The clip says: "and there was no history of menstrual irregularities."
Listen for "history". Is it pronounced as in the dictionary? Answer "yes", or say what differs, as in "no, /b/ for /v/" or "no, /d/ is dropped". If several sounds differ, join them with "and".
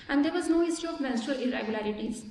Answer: no, /ɹ/ is dropped